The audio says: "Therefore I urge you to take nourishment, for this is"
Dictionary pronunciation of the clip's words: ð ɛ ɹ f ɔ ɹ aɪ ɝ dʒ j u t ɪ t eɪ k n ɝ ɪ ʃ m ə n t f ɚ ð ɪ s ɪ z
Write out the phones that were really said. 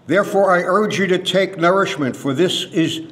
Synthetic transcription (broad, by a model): ð ɛ ɹ f ɔ ɹ aɪ ɝ dʒ j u t ɪ t eɪ k n ɝ ɪ ʃ m ə n t f ɚ ð ɪ s ɪ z